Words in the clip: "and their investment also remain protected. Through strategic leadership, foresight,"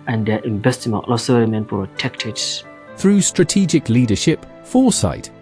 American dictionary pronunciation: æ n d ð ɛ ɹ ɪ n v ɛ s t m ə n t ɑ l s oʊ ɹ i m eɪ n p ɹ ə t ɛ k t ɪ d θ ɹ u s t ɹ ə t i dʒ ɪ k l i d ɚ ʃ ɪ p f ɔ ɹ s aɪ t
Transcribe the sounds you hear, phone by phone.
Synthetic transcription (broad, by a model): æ n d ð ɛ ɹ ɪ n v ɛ s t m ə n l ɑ s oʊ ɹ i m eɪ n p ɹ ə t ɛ k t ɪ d θ ɹ u s t ɹ ə t i dʒ ɪ k l i d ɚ ʃ ɪ p f ɔ s aɪ t